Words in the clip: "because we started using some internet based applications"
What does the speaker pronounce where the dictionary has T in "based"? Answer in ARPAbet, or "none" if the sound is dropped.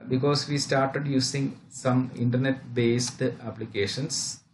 T